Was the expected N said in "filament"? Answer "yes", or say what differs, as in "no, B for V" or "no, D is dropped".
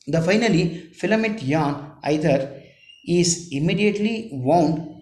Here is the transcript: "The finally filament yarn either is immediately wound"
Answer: no, N is dropped